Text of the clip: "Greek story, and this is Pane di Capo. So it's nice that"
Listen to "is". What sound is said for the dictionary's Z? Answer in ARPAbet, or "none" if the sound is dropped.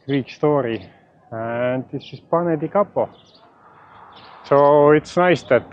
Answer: S